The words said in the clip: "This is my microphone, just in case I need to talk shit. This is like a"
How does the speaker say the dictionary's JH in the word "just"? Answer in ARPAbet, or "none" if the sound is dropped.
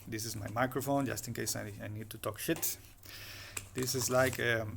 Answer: JH